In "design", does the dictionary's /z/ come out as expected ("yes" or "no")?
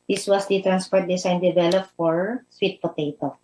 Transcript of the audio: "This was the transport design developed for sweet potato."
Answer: no